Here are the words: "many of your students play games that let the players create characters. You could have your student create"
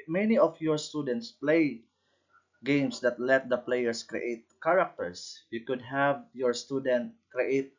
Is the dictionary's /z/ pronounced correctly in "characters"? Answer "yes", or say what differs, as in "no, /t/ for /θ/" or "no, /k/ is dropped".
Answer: no, /s/ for /z/